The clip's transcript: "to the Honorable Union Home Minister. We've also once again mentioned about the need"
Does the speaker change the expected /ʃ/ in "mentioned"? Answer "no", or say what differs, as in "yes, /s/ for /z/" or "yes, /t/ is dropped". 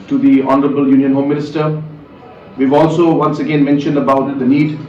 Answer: no